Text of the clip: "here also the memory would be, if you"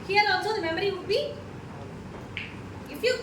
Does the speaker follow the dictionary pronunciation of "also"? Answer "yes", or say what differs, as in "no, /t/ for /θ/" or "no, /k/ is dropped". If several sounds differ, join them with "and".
no, /l/ is dropped